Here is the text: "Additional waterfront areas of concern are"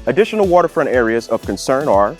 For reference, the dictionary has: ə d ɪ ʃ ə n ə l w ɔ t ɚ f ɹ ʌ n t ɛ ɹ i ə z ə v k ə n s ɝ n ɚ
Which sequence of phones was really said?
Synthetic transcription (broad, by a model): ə d ɪ ʃ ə n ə l w ɔ t ɚ f ɹ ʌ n t ɛ ɹ i ə z ə v k ə n s ɝ n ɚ